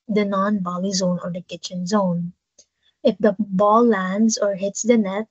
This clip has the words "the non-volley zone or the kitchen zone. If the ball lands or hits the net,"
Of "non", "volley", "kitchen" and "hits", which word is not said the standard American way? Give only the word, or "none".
volley